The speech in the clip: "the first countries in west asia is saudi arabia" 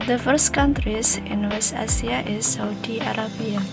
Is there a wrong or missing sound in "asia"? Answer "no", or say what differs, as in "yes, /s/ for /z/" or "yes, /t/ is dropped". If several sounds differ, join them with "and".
yes, /s/ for /ʒ/